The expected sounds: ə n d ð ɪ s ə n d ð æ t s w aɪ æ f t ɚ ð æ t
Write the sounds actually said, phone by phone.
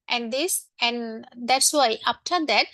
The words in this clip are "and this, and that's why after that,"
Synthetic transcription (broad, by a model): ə n d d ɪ s ə n d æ t s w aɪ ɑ p t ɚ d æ t